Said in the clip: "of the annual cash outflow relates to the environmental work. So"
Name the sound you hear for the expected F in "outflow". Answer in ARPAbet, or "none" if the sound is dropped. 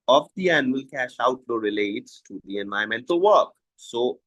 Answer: none